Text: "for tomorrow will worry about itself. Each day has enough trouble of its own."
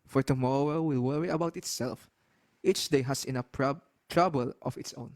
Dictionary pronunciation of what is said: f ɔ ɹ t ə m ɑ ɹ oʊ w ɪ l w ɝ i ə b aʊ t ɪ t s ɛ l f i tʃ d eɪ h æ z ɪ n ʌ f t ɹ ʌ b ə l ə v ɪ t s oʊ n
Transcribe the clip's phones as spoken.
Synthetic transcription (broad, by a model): f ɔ ɹ t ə m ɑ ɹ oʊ w ɪ l w ɝ i ə b aʊ t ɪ t s ɛ l f i tʃ d eɪ h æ s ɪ n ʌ p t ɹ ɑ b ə l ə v ɪ t s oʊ n